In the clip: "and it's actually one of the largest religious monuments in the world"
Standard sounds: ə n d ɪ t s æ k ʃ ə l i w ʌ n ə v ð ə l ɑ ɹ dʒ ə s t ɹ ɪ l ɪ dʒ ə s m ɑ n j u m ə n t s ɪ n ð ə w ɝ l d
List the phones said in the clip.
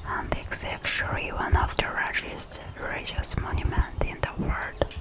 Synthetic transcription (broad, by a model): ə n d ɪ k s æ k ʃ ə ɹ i w ʌ n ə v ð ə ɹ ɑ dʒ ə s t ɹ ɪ ɪ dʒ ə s m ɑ n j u m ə n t ɪ n ð ə w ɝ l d